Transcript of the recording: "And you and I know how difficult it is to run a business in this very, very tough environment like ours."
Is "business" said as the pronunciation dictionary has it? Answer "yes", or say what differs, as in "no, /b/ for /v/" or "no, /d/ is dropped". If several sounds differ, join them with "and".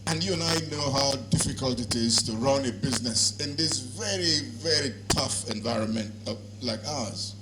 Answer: yes